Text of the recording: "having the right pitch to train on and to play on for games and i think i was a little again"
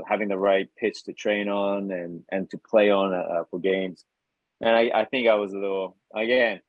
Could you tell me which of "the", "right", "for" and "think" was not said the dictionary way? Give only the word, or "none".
none